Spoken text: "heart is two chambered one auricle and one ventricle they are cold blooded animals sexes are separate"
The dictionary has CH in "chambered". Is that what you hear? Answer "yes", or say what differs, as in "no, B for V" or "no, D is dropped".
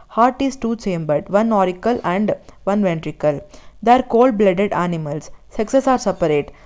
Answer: no, S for CH